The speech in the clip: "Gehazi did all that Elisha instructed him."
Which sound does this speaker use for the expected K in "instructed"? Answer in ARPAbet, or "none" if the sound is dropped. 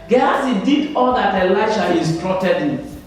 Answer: none